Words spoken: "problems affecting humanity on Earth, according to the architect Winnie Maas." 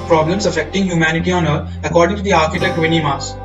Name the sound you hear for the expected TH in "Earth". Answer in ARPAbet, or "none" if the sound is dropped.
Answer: T